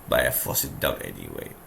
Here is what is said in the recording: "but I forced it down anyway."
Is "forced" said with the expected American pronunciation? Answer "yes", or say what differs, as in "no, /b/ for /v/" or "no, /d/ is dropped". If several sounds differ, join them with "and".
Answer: no, /t/ is dropped